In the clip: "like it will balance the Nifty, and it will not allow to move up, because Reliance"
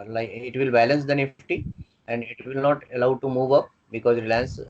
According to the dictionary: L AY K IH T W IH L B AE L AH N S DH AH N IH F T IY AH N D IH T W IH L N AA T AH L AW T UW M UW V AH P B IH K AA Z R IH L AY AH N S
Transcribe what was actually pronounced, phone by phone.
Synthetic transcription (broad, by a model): L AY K IH T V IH L B AE L AH N S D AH N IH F T IY AH N D IH T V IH L N AA T AH L AW T UW M UW V AH P B IH K AA Z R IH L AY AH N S